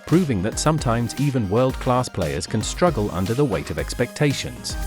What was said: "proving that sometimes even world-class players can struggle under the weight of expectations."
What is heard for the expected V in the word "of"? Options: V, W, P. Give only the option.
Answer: V